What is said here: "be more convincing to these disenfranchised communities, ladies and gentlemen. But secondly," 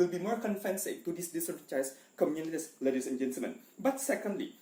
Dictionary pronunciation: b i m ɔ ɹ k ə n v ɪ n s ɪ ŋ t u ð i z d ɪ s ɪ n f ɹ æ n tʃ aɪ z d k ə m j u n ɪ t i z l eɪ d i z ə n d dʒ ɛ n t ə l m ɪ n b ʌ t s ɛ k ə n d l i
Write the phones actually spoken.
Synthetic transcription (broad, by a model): b i m ɔ ɹ k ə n f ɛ n s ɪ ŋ t u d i s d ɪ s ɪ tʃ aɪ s k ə m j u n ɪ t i s l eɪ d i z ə n dʒ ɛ n t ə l m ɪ n b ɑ t s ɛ k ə n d l i